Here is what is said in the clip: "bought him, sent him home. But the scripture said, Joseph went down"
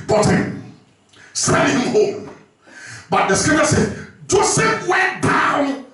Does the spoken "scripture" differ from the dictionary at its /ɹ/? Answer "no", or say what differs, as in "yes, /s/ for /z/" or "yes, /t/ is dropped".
yes, /ɹ/ is dropped